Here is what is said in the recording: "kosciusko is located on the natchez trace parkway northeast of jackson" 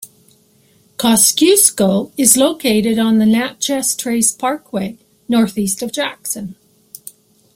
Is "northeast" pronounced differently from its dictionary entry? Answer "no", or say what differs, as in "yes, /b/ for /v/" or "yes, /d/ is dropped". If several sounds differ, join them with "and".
no